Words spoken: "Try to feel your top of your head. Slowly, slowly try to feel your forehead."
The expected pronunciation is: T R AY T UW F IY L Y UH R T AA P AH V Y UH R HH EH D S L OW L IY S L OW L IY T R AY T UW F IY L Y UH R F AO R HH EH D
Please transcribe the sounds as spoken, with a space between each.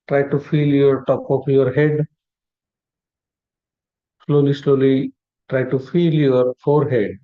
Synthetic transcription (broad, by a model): T R AY T UW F IY L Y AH R T AA P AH P Y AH R HH EH D S L OW L IY S L OW L IY T R AY T UW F IY L Y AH R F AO R HH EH D